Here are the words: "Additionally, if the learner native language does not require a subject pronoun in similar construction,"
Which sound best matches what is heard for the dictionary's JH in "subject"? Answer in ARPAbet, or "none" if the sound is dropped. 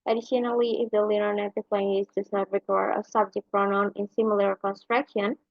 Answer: JH